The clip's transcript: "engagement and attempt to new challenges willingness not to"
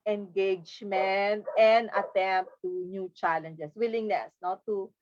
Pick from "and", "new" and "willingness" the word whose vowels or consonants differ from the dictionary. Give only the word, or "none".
none